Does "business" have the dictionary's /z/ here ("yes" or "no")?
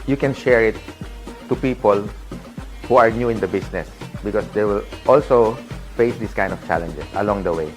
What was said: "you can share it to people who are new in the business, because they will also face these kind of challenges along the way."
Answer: no